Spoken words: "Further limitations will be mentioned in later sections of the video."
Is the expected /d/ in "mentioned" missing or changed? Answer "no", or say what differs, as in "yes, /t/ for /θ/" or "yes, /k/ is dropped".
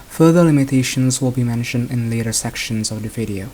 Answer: no